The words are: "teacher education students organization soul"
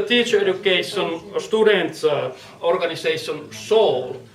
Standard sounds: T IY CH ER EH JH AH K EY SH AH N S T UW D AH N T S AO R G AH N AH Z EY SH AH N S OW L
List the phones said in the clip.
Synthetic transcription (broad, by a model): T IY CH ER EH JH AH K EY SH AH N S T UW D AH N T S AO R G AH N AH S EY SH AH N S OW L